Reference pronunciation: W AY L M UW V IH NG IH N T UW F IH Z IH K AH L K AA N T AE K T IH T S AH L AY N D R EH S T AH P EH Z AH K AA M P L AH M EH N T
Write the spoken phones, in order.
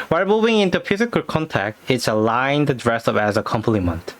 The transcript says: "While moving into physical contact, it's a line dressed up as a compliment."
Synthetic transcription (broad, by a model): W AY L M UW V IH NG IH N T UW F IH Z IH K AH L K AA N T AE K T IH T S AH L AY N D R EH S AH P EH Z AH K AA M P L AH M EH N T